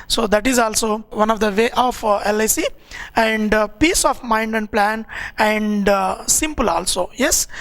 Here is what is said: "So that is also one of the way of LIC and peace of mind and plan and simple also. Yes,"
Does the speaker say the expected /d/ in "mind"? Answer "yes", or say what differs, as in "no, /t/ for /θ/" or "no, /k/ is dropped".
yes